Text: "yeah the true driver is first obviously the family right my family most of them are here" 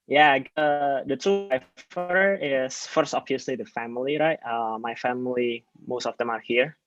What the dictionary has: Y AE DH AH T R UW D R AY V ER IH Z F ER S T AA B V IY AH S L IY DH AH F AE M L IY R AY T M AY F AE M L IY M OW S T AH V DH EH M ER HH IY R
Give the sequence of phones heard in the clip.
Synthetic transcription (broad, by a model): Y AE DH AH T UW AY F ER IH S F ER S T AA B V IY AH S L IY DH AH F AE M L IY R AY T M AY F AE M L IY M OW S T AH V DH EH M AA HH IY R